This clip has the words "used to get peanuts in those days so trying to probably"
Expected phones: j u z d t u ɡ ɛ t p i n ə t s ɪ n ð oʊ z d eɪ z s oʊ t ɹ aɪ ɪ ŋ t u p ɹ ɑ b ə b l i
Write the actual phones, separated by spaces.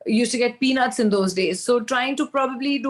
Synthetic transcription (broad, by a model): j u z t u ɡ ɛ t p i n ə t s ɪ n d oʊ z d eɪ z s oʊ t ɹ aɪ ɪ ŋ t u p ɹ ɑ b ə b l i